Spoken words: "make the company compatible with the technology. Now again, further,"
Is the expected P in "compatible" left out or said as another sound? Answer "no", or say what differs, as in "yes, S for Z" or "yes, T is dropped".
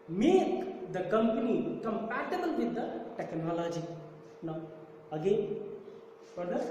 yes, P is dropped